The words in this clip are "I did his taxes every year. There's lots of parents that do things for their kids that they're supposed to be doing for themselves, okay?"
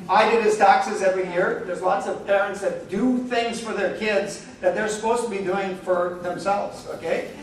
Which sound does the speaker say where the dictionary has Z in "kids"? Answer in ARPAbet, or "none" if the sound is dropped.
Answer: Z